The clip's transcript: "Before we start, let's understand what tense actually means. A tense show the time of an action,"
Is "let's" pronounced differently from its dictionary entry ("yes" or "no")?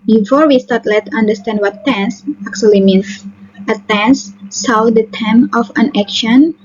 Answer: yes